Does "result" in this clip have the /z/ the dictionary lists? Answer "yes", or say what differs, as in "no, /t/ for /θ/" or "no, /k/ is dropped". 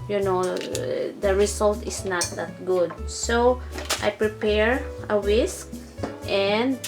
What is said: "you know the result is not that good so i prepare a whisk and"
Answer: no, /s/ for /z/